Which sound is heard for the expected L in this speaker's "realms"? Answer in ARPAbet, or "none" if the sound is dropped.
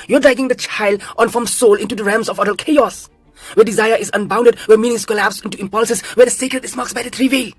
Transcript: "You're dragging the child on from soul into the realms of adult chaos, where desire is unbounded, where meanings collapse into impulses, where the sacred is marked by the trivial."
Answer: none